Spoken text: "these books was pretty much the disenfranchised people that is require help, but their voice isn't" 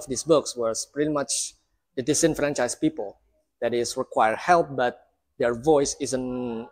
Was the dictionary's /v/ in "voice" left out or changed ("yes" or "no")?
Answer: no